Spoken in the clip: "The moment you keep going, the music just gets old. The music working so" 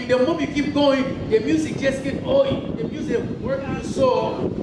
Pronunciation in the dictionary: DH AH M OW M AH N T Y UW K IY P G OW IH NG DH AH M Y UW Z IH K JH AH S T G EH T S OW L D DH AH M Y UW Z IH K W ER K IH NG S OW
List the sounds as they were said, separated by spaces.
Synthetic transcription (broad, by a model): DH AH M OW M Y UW K IY P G OW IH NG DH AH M Y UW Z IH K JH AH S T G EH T OW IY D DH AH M Y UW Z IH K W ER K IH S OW